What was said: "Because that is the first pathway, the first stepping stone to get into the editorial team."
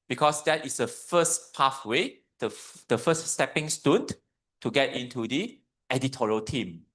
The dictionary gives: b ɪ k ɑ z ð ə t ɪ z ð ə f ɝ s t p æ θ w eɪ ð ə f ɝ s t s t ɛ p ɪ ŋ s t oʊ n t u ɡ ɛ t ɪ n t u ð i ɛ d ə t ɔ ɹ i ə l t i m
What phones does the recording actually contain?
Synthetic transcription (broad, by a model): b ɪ k ɑ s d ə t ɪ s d ə f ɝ s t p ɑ f w eɪ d ə f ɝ s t s t ɛ p ɪ ŋ s t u n t u ɡ ɛ t ɪ n t u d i ɛ d ə t ɔ ɹ i ə l t i m